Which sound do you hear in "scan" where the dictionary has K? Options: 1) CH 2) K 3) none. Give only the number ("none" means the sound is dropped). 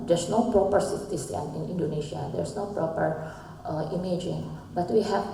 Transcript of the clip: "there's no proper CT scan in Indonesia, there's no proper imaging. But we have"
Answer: 3